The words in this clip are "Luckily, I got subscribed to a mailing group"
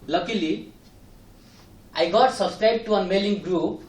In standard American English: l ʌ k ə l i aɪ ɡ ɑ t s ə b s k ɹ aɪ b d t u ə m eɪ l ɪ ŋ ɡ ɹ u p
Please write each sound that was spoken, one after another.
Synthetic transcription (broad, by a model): l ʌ k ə l i aɪ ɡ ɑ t s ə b s k ɹ aɪ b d t u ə m eɪ l ɪ ŋ ɡ ɹ u p